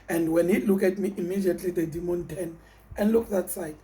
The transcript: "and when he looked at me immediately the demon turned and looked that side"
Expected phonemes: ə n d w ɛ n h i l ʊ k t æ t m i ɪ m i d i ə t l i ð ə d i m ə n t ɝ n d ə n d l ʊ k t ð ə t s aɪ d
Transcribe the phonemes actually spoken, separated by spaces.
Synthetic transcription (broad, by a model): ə n d w ɛ n h i l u k ɛ t m i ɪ m i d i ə t l i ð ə d i m ə n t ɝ n ə n d l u k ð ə t s aɪ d